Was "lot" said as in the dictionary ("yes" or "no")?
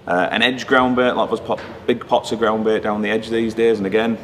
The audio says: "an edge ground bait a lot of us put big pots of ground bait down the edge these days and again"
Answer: no